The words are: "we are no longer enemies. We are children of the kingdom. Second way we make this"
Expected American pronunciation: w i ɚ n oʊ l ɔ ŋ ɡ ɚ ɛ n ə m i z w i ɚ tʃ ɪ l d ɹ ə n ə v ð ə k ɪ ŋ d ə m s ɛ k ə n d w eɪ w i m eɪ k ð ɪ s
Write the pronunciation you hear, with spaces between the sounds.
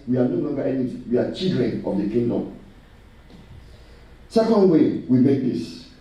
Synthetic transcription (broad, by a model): w i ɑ n oʊ l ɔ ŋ ɡ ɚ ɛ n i w i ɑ tʃ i l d ɹ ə n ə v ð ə k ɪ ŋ d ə m s ɛ k ə n d w eɪ w i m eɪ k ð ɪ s